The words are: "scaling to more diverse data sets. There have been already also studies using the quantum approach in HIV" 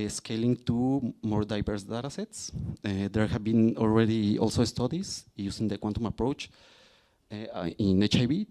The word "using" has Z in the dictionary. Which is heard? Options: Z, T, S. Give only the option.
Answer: S